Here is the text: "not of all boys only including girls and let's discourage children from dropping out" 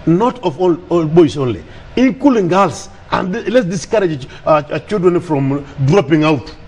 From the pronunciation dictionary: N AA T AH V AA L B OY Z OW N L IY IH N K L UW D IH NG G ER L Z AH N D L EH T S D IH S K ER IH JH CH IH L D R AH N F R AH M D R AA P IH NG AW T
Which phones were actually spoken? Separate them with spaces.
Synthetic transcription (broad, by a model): N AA T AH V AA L B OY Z OW N L IY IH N K UW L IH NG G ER L S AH N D L EH T S D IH S K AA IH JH CH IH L D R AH N F R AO M D R AA P IH NG AW T